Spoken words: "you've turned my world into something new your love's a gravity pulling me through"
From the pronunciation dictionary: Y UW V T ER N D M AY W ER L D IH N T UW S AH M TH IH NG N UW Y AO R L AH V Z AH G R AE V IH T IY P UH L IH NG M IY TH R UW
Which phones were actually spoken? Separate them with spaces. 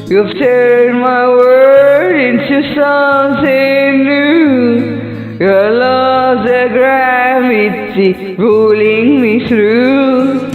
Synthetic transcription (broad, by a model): Y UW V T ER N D M AY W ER D IH N T UW S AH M S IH N UW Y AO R L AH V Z AH G R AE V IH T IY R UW L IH NG M IY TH R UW